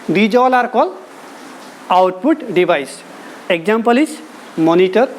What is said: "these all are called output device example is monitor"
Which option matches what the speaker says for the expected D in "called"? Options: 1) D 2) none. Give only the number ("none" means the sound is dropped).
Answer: 2